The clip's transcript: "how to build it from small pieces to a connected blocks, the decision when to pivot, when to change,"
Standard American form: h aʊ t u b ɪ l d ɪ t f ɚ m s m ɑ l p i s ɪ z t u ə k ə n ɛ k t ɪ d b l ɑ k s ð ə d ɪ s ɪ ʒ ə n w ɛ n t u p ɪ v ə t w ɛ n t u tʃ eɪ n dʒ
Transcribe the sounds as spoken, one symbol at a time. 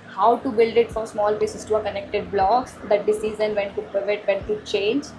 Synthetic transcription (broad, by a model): h aʊ t u b ɪ l d ɪ t f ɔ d s m ɑ l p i s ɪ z t u ə k ə n ɛ k t ɪ d b l ɑ k s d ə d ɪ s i z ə n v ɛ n t u p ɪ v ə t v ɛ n t u tʃ eɪ n dʒ